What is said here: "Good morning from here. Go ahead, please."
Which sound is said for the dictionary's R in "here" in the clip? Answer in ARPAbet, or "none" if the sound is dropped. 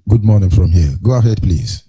L